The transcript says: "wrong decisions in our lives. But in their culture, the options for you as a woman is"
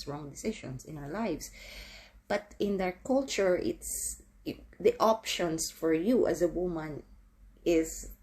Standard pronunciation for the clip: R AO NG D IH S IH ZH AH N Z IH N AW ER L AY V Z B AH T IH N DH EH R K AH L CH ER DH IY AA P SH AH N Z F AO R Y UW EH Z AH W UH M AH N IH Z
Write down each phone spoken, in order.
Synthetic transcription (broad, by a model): R AO NG D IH S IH SH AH N S IH N AW ER L AY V S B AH T IH N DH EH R K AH L CH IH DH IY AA P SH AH N S F AO R Y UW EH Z AH W UH M AH N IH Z